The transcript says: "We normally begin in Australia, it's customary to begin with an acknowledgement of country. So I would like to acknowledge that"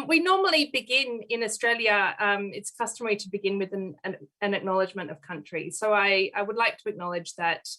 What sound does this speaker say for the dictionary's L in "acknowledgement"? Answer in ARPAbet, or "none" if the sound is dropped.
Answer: L